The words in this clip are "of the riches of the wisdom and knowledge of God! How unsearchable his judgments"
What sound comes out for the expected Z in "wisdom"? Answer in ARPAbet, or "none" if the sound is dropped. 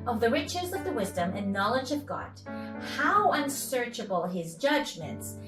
Z